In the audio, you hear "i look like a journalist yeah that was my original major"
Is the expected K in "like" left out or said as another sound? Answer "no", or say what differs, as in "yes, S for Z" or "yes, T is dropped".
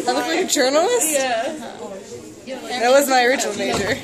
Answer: yes, K is dropped